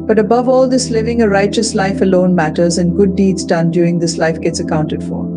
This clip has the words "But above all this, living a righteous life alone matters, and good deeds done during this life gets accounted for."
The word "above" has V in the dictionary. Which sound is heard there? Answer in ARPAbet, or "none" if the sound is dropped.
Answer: V